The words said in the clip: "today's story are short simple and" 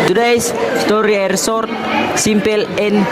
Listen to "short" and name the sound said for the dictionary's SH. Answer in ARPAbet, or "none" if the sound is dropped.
S